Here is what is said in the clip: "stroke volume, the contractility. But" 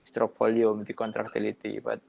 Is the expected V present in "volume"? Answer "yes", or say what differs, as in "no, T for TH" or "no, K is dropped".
no, P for V